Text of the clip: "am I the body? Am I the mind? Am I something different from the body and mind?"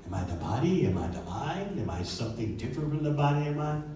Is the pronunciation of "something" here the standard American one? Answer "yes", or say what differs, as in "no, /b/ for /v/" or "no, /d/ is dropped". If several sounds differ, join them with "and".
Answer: yes